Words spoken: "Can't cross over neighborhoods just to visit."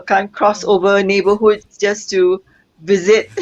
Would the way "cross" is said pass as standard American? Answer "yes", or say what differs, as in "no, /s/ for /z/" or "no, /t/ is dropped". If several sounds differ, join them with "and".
yes